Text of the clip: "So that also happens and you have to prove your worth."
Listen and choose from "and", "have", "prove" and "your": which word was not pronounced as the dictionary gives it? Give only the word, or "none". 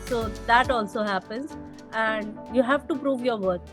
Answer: none